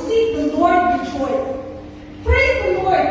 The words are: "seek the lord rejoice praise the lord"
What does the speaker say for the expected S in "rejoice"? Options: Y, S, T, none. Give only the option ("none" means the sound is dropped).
none